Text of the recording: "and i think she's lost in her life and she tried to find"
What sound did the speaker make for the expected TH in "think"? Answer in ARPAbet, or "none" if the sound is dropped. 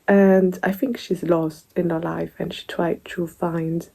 TH